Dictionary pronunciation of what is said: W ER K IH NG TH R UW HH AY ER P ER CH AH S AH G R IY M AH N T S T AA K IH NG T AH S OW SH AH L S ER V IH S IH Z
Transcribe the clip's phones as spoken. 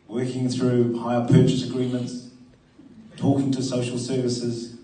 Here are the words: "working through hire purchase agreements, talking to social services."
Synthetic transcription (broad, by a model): W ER K IH NG TH R UW HH AY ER P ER CH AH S AH G R IY M AH N T S T AA K IH NG T AH S OW SH AH L S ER V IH S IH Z